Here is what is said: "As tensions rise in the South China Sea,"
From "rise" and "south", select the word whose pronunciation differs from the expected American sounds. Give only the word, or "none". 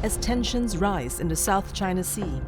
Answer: none